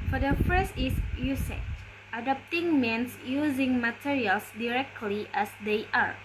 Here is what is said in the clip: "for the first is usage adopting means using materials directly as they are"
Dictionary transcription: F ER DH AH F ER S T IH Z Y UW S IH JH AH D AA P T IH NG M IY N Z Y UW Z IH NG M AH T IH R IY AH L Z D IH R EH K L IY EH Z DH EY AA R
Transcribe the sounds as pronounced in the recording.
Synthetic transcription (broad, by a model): F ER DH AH F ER S T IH S Y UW S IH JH AH D AA P T IH NG M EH N S Y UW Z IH NG M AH T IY R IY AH L S D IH R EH K L IY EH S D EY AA R